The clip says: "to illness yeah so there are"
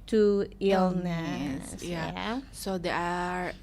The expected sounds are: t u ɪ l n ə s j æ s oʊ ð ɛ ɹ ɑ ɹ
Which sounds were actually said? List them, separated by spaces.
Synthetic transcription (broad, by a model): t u ɪ l n ə s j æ s oʊ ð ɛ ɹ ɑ ɹ